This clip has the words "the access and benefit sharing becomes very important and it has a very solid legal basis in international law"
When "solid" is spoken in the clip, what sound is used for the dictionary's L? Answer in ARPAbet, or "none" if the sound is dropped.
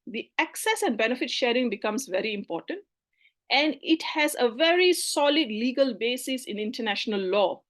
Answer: L